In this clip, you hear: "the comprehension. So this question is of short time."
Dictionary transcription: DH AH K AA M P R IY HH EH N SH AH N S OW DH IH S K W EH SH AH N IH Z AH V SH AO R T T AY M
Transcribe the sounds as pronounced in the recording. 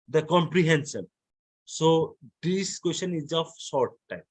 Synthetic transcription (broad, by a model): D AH K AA M P R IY HH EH N S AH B S OW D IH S K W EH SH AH N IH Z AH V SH AO R T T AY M